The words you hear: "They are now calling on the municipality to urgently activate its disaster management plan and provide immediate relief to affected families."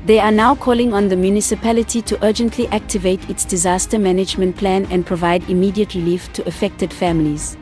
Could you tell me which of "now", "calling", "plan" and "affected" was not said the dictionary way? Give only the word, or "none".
none